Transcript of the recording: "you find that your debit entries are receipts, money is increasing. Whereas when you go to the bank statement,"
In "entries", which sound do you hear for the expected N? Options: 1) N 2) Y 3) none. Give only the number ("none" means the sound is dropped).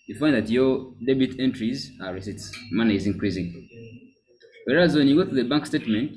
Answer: 1